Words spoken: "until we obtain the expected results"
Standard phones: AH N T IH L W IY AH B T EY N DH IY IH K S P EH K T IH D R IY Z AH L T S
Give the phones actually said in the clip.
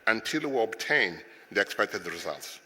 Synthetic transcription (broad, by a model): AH N T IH L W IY AH B T EY N DH IY IH K S P EH K T IH D R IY Z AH L T S